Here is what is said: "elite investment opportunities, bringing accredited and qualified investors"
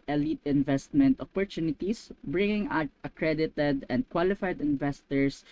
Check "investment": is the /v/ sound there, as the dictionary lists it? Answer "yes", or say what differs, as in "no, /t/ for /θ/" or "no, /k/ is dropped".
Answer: yes